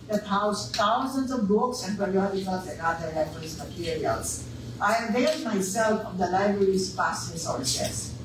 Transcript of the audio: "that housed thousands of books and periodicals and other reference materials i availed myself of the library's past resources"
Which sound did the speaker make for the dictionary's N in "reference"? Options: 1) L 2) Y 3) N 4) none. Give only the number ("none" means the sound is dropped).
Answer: 4